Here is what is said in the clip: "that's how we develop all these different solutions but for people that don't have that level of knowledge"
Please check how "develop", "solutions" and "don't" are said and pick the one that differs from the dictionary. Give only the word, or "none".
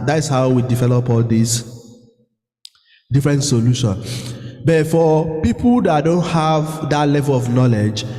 solutions